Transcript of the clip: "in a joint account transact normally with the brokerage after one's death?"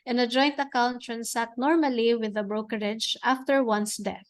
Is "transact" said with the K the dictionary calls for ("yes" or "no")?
no